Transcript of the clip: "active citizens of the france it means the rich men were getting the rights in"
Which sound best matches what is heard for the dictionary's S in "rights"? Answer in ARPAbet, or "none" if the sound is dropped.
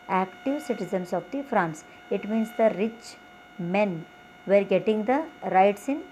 S